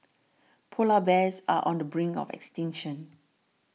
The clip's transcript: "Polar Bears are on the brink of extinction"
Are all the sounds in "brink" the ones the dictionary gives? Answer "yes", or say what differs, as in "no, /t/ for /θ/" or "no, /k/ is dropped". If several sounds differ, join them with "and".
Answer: no, /k/ is dropped